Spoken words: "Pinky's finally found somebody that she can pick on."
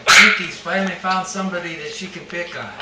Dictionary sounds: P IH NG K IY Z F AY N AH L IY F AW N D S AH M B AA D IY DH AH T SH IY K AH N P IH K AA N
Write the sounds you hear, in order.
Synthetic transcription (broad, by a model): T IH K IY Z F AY AH N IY F AW N D S AH M B AA D IY DH AH T SH IY K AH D P IH K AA